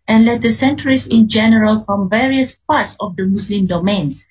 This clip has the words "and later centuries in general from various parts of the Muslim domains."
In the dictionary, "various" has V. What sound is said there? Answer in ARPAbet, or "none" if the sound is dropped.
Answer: V